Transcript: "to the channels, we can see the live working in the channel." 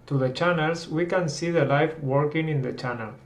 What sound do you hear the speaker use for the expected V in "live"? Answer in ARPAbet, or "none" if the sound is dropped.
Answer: F